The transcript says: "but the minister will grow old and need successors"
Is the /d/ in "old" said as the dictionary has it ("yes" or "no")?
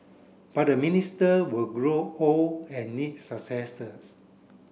no